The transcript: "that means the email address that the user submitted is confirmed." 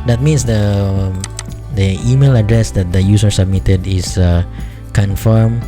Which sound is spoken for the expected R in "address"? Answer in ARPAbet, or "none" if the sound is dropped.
R